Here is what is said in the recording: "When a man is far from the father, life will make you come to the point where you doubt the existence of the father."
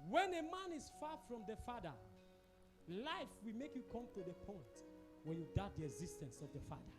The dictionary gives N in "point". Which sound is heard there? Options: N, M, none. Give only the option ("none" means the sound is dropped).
N